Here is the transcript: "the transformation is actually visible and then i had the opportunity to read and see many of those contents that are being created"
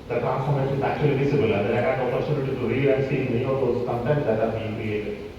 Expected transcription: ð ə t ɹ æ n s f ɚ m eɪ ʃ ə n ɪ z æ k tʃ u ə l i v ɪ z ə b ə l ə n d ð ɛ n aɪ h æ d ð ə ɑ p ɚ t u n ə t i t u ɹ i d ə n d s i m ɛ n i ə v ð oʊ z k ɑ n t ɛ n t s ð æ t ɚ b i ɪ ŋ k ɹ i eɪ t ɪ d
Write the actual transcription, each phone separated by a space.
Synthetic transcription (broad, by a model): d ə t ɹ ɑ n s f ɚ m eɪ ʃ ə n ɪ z æ k tʃ u ə l i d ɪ s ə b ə l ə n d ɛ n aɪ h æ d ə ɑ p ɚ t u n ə t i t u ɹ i ə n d s i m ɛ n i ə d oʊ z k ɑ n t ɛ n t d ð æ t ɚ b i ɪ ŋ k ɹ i eɪ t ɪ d